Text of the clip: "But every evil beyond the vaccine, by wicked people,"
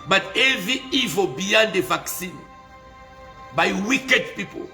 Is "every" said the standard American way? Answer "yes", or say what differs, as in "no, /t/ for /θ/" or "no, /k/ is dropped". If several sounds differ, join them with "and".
no, /ɹ/ is dropped